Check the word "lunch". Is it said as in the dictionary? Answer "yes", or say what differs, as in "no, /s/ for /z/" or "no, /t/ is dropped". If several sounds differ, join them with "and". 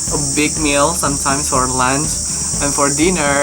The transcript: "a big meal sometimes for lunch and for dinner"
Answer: no, /s/ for /tʃ/